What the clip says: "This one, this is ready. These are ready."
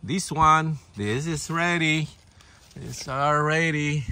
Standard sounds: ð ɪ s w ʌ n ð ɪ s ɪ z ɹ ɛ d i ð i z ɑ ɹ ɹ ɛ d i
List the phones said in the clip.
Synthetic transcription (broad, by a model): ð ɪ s w ʌ n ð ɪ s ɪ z ɹ ɛ d i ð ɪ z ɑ l ɹ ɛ d i